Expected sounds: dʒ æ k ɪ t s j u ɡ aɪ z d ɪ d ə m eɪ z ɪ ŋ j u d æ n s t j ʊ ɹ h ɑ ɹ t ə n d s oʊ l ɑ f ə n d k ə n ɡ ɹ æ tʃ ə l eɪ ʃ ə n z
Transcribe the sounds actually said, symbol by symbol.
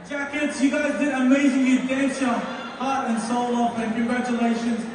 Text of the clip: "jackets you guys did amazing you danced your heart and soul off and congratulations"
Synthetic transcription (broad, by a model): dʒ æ k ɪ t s j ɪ ɡ aɪ z d ɪ d ə m eɪ z ɪ ŋ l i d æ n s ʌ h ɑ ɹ t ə n s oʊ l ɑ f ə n k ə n ɡ ɹ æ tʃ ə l eɪ ʃ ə n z